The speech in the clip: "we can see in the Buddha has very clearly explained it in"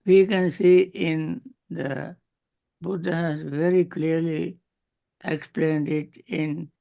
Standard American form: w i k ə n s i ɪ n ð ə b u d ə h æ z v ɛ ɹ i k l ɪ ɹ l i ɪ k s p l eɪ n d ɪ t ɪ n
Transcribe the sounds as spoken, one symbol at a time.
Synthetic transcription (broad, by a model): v i k ə n s i ɪ n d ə b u d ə h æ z v ɛ ɹ i k l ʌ ɹ l i ɪ k s p l eɪ n d ɪ t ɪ n